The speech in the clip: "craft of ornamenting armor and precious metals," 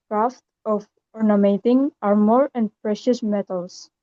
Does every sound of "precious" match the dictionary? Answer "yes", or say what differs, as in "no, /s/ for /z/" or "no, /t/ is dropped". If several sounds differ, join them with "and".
yes